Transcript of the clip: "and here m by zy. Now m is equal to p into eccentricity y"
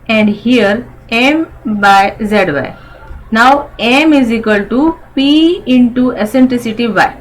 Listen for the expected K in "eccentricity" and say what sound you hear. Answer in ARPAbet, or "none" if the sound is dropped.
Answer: none